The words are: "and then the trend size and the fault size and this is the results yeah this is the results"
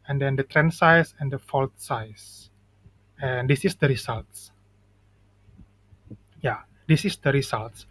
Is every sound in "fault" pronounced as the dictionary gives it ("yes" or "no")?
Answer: yes